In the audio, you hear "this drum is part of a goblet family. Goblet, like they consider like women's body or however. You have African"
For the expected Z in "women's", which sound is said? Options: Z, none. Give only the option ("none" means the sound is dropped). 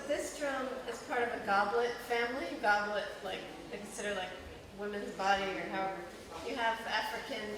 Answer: Z